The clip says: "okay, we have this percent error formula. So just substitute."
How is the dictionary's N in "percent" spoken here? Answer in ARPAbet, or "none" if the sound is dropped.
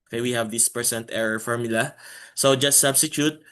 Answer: N